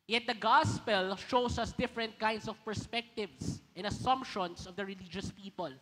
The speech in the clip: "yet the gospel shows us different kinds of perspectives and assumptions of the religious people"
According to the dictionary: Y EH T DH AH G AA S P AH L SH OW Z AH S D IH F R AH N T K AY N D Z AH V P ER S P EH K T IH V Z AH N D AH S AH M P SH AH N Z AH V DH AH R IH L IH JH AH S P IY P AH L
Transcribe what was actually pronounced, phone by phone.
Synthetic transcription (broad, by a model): Y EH T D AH G AA S P AH L SH OW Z AH S D IH F R AH N T K AY N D S AH V P ER S P EH K T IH V S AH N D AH S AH M P SH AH N S AH V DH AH R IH L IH JH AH S P IY P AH L